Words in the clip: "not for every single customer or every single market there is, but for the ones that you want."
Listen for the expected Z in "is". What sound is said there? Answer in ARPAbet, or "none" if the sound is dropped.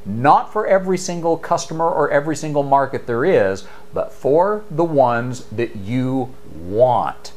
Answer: Z